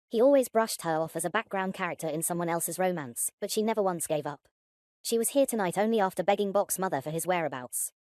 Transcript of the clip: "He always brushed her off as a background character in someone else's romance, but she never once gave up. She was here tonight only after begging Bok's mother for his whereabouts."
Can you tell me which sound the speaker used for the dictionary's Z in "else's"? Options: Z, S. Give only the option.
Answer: Z